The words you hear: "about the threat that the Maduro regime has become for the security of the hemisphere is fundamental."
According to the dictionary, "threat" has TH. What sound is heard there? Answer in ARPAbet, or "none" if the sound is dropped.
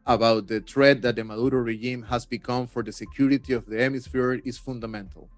T